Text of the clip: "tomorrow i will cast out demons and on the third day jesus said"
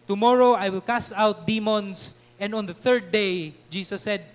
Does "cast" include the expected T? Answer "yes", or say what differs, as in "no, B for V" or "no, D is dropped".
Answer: no, T is dropped